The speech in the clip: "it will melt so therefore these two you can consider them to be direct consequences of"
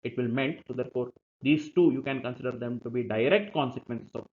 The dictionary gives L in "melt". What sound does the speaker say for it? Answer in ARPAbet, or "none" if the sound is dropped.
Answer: N